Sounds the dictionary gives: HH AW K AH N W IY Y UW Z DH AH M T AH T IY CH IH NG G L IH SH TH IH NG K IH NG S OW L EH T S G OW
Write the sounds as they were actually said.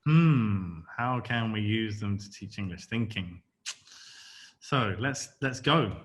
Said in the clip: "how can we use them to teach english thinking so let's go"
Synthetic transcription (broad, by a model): HH AW K AH N W IY Y UW Z DH AH M T AH T IY CH IH NG G L IH SH TH IH NG K IH NG S OW L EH T S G OW